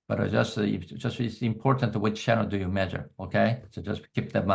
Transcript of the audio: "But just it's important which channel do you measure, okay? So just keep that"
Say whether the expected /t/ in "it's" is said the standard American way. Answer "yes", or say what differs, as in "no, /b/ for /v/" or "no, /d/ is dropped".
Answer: no, /s/ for /t/